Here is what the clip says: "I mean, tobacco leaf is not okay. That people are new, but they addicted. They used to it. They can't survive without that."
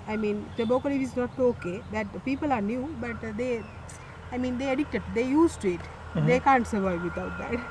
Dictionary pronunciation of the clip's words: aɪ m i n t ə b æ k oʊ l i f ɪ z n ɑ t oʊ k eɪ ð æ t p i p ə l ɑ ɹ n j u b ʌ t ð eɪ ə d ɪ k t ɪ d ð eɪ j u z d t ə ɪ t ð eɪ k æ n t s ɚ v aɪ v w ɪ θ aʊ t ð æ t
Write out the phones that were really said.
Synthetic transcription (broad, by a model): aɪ m i n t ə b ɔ k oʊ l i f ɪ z n ɑ t oʊ k eɪ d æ t p i p ə l ɑ ɹ n j u b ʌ t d eɪ ə d ɪ k t ɪ d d eɪ j u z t ɪ t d eɪ k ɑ n t s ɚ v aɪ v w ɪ t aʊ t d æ t